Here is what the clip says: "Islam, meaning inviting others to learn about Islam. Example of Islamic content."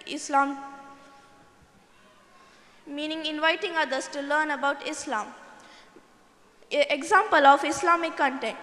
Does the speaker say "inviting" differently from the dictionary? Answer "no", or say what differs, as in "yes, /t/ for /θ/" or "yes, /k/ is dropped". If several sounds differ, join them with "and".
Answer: no